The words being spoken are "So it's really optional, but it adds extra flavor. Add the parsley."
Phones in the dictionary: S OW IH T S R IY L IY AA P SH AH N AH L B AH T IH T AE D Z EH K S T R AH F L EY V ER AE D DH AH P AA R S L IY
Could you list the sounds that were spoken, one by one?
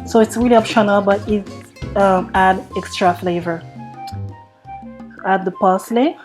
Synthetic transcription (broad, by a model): S OW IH T S R IY L IY AA P SH AH N AH L B AH T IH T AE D EH K S T R AH F L EY V ER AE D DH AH P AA S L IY